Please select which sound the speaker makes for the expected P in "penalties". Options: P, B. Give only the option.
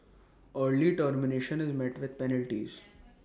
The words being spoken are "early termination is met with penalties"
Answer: P